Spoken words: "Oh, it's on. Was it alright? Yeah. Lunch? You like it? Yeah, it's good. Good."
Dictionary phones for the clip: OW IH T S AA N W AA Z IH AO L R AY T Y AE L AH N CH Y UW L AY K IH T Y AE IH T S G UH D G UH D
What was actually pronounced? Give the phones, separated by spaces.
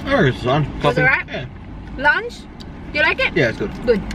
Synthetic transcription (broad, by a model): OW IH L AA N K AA S IH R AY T Y AE L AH N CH Y UW L AY K IH T Y AE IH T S G UH D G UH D